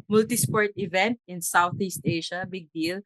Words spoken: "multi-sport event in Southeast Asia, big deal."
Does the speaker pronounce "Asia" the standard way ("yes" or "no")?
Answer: no